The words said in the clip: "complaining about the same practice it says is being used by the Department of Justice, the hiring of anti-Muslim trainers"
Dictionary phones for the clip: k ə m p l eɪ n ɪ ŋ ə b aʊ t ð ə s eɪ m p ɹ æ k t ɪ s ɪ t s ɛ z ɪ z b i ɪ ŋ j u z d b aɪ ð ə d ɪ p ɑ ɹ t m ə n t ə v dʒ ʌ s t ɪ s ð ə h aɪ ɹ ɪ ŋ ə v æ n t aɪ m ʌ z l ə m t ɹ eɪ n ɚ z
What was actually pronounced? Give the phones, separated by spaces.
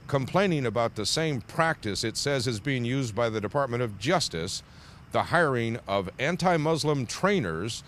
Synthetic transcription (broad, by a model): k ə m p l eɪ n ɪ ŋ ə b aʊ t ð ə s eɪ m p ɹ æ k t ɪ s ɪ t s ɛ z ɪ z b i ɪ ŋ j u z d b aɪ ð ə d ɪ p ɑ ɹ t m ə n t ə v dʒ ʌ s t ɪ s ð ə h aɪ ɹ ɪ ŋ ə v æ n t aɪ m ʌ z l ə m t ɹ eɪ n ɚ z